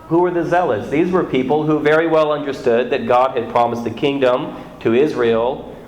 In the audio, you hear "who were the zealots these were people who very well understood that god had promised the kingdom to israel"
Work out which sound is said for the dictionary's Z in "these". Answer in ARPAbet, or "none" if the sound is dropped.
Z